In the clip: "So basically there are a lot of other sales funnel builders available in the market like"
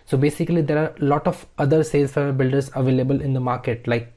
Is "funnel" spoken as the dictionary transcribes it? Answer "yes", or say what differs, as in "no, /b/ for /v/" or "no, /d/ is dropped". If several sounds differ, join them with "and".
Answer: no, /n/ is dropped